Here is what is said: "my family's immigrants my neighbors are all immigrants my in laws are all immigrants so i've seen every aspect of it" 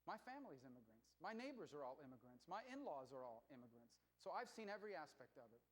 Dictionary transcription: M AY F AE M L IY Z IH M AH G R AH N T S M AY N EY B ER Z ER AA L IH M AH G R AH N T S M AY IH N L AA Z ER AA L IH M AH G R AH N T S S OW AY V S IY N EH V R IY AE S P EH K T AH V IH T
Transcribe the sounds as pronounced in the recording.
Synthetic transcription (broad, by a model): M AY F AE M L IY Z IH M AH G R AH N T S M AY N EY B ER Z ER AA L IH M AH G R AH N T S M AY IH N L AA Z ER AA L IH M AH G R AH N T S S OW AY V S IY N EH V R IY AE S P EH K T AH V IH T